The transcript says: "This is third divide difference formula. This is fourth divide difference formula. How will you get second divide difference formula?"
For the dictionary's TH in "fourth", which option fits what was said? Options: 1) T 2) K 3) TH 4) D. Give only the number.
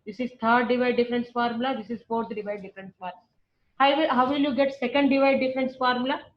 1